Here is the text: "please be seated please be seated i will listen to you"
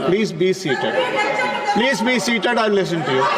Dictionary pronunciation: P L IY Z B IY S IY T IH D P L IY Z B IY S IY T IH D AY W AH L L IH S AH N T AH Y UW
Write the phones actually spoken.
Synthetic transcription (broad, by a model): P L IY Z B IY S IY T IH D P L IY Z B IY S IY T IH D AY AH N L IH S AH N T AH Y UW